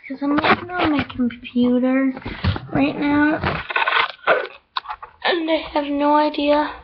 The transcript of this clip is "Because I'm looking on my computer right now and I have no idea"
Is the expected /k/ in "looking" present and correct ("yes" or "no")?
no